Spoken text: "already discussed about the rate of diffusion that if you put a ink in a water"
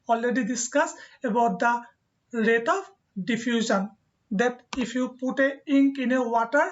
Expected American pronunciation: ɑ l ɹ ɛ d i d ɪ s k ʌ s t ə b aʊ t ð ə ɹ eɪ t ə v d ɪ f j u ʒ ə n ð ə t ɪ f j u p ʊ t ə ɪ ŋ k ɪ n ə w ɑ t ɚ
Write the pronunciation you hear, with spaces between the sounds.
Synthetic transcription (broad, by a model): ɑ l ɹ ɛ d i d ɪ s k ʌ s ə b aʊ t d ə ɹ eɪ t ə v d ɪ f j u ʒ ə n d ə t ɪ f j u p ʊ t ə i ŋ k ɪ n ə w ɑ t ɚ